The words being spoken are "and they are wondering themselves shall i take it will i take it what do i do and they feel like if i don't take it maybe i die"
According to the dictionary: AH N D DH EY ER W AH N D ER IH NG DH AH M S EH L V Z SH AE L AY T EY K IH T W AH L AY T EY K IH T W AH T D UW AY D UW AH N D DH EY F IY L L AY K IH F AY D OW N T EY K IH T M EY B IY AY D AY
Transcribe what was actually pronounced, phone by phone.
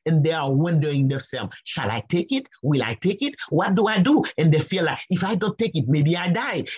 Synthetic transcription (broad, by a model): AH N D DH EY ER W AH N D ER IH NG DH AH S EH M SH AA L AY T EY K IH T W AH L AY T EY K IH T W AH T D UW AY D UW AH N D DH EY F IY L L AY K IH F AY D OW N T EY K IH T M EY B IY AY D AY